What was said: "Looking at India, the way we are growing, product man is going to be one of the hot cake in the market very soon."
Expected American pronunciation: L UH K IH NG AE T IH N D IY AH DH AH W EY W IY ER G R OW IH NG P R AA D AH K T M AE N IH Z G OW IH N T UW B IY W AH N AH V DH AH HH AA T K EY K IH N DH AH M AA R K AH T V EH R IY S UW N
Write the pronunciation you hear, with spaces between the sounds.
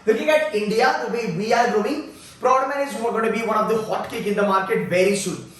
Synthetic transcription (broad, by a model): L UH K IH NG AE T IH N D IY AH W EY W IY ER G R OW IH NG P R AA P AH T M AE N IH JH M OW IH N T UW B IY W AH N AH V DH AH HH AA T K EY K IH N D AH M AA R K AH T V EH R IY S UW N